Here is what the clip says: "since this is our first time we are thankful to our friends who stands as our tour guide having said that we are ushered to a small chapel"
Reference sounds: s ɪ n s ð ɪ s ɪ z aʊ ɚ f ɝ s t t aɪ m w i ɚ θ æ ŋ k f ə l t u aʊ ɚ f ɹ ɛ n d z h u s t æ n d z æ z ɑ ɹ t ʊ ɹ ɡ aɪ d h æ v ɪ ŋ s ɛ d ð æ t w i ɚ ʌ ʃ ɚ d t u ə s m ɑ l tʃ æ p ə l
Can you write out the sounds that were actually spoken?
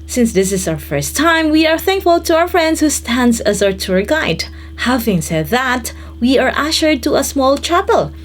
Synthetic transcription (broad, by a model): s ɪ n s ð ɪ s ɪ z aʊ ɚ f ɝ s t t aɪ m w i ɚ θ æ ŋ k f ə l t u aʊ ɚ f ɹ ɛ n d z h u s t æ n d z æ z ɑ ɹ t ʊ ɹ ɡ aɪ d h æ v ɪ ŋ s ɛ d ð æ t w i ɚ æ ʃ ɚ d t u ə s m ɑ l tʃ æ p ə l